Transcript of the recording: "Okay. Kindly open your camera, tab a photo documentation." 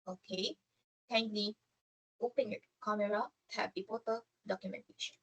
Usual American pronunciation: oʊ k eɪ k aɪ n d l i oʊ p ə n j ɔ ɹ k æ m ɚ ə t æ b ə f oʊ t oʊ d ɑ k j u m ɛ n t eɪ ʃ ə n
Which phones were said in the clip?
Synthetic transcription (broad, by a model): oʊ k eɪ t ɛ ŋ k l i oʊ p ə n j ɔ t k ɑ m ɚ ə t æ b ə p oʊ t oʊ d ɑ k j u m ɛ n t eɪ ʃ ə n